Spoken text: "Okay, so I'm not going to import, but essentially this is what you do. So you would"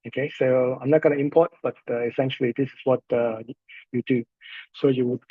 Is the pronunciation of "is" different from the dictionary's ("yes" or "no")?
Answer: yes